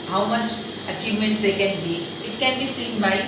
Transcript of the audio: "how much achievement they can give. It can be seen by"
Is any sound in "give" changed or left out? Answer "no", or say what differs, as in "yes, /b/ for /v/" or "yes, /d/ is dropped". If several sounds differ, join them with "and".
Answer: yes, /v/ is dropped